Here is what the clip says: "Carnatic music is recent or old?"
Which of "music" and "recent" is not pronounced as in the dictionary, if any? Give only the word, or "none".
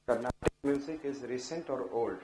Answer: none